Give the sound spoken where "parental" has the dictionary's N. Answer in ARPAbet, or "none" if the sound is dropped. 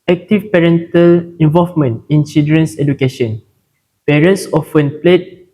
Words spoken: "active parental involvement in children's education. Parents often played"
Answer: N